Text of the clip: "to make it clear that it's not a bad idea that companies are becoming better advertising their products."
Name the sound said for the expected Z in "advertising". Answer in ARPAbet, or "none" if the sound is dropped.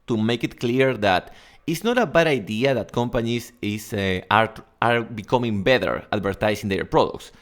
S